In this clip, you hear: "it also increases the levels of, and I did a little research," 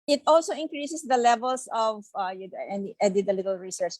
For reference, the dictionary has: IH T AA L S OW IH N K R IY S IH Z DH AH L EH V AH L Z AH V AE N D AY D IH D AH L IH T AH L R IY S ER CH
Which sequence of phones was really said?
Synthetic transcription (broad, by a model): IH T AA L S OW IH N K R IY S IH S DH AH L EH V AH L S AH V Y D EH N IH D AH L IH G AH L R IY S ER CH